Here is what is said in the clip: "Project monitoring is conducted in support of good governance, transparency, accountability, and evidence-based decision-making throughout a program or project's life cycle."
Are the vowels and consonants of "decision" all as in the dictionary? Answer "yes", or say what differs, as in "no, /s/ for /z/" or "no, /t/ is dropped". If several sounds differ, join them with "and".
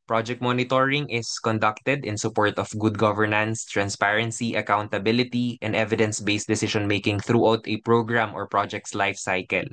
no, /ʃ/ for /ʒ/